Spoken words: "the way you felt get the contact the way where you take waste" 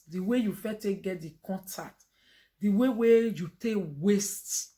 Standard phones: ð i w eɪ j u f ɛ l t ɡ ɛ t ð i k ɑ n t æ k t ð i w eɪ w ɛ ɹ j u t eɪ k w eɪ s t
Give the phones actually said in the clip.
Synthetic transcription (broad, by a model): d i w eɪ j u f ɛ t ɡ ɛ t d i k ɑ n t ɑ k t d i w eɪ w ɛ j u t eɪ k w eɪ s t